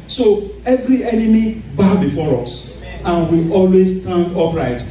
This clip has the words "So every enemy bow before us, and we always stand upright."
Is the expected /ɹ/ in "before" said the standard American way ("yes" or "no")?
yes